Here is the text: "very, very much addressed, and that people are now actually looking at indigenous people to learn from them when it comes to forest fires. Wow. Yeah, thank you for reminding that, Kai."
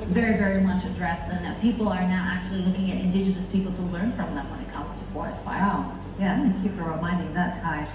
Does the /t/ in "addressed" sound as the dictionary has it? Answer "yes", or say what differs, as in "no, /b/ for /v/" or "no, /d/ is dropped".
no, /t/ is dropped